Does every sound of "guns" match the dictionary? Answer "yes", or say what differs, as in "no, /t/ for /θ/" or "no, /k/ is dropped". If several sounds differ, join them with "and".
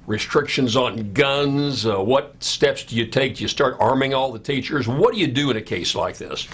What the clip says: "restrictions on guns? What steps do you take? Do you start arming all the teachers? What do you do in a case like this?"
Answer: yes